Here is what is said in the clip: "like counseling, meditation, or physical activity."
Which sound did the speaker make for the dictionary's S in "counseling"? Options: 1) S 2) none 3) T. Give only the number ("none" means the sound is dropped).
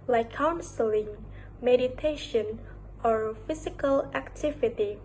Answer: 1